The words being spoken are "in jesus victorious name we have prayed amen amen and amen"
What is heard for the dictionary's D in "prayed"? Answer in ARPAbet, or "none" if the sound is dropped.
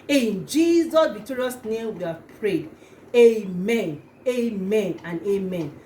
D